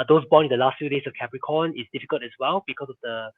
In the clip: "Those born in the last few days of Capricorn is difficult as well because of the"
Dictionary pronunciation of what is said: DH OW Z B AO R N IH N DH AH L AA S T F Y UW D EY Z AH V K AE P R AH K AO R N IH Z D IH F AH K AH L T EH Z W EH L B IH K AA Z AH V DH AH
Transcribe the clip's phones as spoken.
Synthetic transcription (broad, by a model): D OW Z B AO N IH N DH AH L AA S T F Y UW D EY S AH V K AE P R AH K AO N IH S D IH F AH K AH L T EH S W EH L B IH K AA S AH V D AH